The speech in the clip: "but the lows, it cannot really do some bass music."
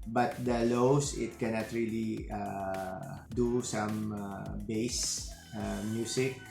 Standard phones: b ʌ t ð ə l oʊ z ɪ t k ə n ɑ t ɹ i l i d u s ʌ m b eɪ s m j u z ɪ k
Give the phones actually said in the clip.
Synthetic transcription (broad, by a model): b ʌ t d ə l oʊ s ɪ t k ə n ɑ t ɹ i l i d u s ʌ m b eɪ s m j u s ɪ k